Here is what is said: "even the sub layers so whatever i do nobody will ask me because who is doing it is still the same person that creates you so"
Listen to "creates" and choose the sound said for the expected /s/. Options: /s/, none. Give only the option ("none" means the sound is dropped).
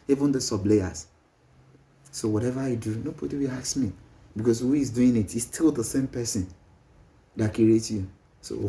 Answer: none